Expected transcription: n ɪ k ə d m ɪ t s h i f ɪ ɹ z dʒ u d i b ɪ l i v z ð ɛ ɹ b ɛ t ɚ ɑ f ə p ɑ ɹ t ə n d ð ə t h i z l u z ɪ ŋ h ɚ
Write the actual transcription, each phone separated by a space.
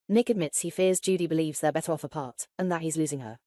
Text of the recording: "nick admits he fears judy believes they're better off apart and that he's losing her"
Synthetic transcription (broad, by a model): n ɪ k ə d m ɪ t s h i f ɪ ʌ z dʒ u d i b ɪ l i v z ð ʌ b ɛ t ɚ ɑ f ə p ɑ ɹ t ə n ð ə t h i z l u z ɪ ŋ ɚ